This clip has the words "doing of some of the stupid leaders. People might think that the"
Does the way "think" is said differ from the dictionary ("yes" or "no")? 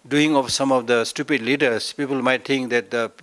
yes